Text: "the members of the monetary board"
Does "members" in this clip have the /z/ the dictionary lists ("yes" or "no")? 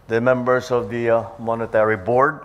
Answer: no